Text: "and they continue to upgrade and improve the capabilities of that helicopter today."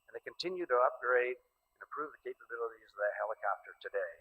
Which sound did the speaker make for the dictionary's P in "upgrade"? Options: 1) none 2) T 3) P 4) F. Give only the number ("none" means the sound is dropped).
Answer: 3